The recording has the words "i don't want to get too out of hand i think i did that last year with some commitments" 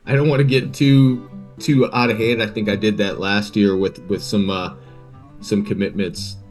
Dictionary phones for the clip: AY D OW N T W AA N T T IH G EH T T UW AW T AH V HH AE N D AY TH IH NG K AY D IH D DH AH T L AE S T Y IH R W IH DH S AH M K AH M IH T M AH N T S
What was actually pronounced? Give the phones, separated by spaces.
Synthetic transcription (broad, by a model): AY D OW N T W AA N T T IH G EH T T UW AW T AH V HH AE N D AY TH IH NG K AY D IH D DH AH T L AE S T Y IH R W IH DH S AH M K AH M IH T M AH N T S